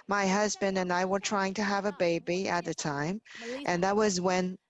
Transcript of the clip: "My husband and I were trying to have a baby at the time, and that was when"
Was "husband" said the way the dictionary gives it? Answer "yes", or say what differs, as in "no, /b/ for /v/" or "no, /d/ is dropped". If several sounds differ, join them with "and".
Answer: yes